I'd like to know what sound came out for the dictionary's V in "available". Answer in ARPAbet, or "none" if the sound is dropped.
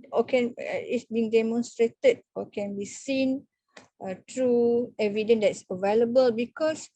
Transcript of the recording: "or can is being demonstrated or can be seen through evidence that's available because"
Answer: V